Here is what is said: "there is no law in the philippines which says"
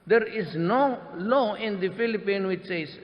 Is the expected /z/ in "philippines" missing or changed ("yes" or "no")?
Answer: yes